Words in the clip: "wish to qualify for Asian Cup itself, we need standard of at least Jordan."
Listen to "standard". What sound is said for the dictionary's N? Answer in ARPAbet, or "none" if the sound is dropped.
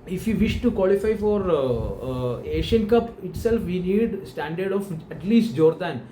N